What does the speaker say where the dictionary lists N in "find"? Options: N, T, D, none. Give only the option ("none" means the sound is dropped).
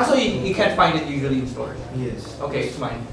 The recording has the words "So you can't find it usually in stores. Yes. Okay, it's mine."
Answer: N